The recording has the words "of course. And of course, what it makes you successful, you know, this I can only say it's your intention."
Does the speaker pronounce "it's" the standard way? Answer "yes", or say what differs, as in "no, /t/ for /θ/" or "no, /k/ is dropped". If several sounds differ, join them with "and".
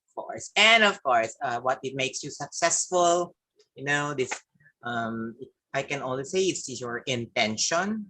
no, /s/ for /t/